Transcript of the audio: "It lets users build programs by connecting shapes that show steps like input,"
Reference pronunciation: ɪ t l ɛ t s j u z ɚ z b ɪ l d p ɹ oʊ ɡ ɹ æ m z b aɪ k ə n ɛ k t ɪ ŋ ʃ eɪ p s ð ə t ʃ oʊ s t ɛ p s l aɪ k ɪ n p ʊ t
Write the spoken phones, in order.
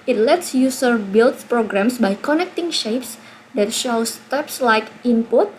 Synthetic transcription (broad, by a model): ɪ t l ɛ t s j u s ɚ b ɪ l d p ɹ oʊ ɡ ɹ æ m s b aɪ k ə n ɛ k t ɪ ŋ ʃ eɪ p s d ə t ʃ oʊ s t ɛ p s l aɪ k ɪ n p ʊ t